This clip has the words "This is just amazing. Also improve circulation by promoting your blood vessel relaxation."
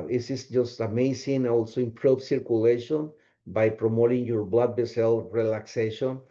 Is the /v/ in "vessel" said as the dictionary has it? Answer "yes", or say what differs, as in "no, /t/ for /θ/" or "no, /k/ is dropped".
no, /b/ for /v/